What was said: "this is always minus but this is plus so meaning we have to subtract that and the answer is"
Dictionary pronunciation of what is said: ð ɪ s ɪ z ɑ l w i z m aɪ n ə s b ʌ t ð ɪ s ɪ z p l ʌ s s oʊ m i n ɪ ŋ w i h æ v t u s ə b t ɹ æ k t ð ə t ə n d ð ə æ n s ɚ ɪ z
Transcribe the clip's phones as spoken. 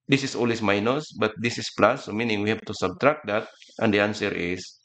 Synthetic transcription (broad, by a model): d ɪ s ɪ s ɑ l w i s m aɪ n ə s b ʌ t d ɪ s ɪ s p l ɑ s s oʊ m i n ɪ ŋ w i h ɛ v t u s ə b t ɹ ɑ k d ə t ə n d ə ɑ n s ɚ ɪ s